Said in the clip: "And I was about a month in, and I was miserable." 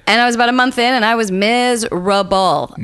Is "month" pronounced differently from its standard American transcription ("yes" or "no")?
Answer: no